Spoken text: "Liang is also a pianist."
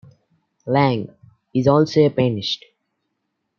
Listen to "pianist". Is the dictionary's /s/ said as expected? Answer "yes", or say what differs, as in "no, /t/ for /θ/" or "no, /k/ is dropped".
no, /ʃ/ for /s/